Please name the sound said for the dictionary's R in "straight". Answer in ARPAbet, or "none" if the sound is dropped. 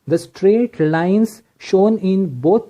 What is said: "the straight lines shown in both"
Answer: R